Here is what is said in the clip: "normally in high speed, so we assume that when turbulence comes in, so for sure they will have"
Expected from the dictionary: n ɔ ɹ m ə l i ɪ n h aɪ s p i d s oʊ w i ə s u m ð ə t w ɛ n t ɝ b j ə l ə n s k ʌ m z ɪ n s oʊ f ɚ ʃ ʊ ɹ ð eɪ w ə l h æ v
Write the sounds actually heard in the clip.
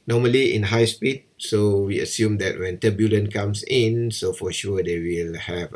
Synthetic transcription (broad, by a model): n ɔ m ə l i ɪ n h aɪ s p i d s oʊ w i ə s u m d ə t w ɛ n t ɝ b j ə l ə n k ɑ m s ɪ n s oʊ f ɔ ʃ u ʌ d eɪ w ə l h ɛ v